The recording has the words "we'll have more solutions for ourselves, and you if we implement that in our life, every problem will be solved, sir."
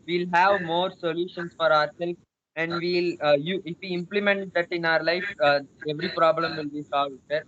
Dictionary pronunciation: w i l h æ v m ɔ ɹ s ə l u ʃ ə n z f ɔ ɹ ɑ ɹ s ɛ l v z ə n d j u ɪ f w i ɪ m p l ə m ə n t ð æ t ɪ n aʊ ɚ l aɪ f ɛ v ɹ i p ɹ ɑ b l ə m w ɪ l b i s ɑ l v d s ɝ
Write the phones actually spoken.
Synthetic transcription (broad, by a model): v i l h æ v m ɔ ɹ s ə l u ʃ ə n s f ɔ ɹ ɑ ɹ s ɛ l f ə n d j u ɪ f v i ɪ m p l ə m ə n t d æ t ɪ n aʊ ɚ l aɪ f ɛ v ɹ i p ɹ ɑ b l ə m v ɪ l b i s ɑ l v d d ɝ